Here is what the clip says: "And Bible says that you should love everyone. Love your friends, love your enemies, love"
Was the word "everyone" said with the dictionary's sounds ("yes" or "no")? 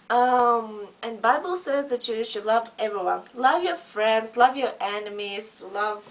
yes